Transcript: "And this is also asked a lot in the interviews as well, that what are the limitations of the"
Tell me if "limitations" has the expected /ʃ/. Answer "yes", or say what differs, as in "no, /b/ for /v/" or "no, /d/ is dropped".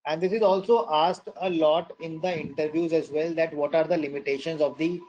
yes